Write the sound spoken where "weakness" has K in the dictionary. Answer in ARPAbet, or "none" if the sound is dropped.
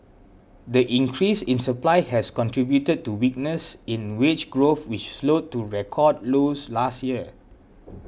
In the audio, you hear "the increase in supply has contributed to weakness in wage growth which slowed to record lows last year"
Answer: K